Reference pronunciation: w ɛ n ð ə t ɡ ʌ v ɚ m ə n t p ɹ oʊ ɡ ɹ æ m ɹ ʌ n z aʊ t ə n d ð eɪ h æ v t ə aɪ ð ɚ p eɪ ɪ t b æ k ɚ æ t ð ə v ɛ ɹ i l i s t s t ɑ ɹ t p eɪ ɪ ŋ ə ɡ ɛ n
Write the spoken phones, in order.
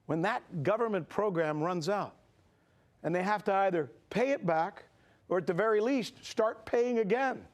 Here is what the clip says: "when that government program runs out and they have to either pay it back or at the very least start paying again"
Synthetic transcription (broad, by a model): w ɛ n ð ə t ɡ ʌ v ɚ m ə n p ɹ oʊ ɡ ɹ æ m ɹ ʌ n z aʊ t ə n ð eɪ h æ f t ə aɪ ð ɚ p eɪ ɪ t b æ k ɚ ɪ t ð ə v ɛ ɹ i l i s t s t ɑ ɹ t p eɪ ɪ ŋ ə ɡ ɛ n